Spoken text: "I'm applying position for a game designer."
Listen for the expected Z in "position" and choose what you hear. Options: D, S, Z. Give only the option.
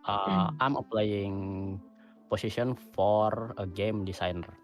S